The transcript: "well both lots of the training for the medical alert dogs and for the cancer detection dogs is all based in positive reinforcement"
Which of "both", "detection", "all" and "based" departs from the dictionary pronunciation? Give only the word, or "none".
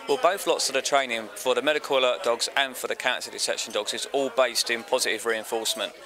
detection